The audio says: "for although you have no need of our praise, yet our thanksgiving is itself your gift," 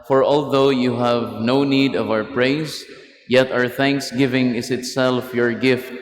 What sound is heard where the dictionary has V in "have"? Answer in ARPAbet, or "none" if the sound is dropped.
V